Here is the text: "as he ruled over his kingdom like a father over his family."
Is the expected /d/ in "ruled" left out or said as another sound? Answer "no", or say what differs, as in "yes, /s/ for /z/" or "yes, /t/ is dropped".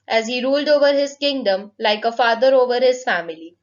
no